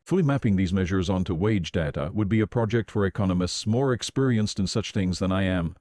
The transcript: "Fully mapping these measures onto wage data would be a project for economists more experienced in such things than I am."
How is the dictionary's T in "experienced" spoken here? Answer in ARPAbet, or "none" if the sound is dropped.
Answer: T